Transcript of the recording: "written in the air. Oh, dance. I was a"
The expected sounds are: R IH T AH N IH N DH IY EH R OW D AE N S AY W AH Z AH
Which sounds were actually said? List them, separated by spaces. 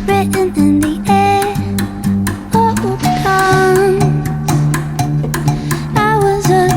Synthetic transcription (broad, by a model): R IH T N IH N DH IY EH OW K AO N AY W AH Z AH